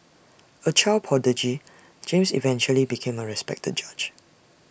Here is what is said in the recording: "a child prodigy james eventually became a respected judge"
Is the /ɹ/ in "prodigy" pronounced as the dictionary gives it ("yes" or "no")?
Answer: no